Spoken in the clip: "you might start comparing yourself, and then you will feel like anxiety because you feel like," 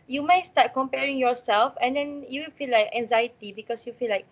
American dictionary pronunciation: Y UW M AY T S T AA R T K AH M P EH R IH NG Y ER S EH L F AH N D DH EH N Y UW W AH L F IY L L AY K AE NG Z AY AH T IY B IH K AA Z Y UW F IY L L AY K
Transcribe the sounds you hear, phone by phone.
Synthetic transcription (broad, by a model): Y UW M AY T S T AA T K AH M P EH R IH NG Y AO S EH L F AH N D EH N Y UW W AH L F IY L L AY K AE NG Z AY AH T IY B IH K AA S Y UW F IY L L AY K